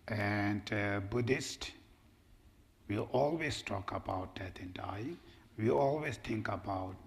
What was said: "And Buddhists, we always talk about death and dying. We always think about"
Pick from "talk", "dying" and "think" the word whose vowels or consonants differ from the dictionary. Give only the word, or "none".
think